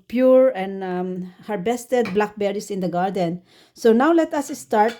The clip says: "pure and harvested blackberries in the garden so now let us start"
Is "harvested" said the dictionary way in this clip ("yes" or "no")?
no